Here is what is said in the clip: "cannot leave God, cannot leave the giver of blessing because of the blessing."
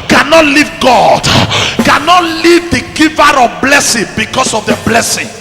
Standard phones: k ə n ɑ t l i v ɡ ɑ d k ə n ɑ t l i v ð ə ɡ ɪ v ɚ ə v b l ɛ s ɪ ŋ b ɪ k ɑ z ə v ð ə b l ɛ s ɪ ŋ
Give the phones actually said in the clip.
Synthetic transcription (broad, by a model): k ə n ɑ t l i v ɡ ɑ d k ə n ɑ t l i v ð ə ɡ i v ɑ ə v b l ɛ s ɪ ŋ b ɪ k ɑ s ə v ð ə b l ɛ s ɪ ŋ